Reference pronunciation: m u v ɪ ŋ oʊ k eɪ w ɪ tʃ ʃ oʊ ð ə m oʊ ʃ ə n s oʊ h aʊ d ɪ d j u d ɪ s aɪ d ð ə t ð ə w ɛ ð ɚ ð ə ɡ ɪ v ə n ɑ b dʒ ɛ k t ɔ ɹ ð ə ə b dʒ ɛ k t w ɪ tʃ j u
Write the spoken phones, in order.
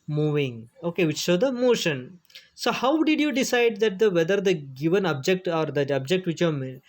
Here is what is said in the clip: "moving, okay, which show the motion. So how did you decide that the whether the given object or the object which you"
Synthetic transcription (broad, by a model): m u v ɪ ŋ oʊ k eɪ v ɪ tʃ s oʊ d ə m oʊ ʃ ə n s oʊ h aʊ d ɪ d j u d ɪ s aɪ d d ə t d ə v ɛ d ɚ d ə ɡ ɪ v ə n ɑ b dʒ ɛ k t ɔ ɹ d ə ə b dʒ ɛ k t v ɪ tʃ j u